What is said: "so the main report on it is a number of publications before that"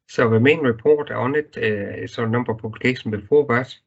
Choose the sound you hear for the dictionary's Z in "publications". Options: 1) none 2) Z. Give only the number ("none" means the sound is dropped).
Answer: 1